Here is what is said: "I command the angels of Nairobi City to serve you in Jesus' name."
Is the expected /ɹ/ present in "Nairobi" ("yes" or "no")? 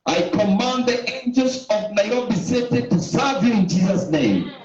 no